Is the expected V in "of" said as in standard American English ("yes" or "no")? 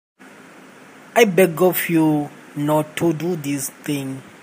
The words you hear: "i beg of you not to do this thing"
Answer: no